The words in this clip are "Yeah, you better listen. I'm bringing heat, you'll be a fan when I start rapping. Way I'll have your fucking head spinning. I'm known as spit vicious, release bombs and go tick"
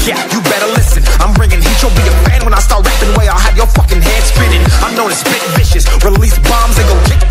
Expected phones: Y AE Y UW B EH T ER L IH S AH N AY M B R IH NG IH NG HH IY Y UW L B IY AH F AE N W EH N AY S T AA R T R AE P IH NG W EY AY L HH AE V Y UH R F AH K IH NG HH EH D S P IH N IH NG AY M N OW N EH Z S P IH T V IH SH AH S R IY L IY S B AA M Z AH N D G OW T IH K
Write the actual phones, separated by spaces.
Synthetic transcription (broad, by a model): Y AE Y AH B EH T ER L IH S AH N AY M B R IH NG IH NG HH IY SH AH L B IY AH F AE N W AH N AY S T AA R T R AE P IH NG W EY AY L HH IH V Y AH R F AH K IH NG HH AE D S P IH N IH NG AY M N OW N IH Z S B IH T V IH SH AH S R IY L IY S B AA M Z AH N G OW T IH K